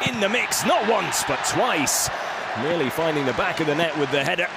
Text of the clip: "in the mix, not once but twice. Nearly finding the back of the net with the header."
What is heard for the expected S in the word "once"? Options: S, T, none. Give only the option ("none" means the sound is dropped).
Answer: S